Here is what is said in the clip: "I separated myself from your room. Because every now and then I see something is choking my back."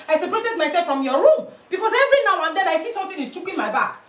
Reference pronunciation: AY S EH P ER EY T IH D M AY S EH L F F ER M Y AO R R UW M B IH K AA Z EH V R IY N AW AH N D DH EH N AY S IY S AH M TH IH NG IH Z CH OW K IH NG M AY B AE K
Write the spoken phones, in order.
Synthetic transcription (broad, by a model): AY S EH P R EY T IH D M AY S EH L F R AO M Y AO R R UW M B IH K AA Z EH V R IY N AW AH N D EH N AY S IY S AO M T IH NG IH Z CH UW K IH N M AY B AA K